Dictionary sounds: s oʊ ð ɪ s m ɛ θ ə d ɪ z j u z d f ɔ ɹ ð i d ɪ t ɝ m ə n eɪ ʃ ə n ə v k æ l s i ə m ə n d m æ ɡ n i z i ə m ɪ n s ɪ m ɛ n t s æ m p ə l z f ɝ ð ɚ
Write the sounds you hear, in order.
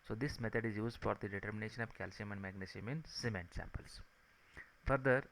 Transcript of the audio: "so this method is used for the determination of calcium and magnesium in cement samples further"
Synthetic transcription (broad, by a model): s oʊ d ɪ s m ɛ t ə d ɪ z j u z d f ɔ ɹ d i d ɪ t ɝ m ə n eɪ ʃ ə n ə v k æ l s i ə m ə n d m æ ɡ n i s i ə m ɪ n s ɪ m ɛ n t s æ m p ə l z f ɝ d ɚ